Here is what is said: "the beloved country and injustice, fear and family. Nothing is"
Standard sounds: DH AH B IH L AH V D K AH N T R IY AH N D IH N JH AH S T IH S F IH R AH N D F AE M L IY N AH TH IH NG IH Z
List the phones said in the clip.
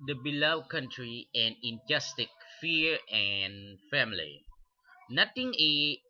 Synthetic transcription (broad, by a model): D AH B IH L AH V K AH N T R IY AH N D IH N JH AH S T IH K F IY R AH N F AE M L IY N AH T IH NG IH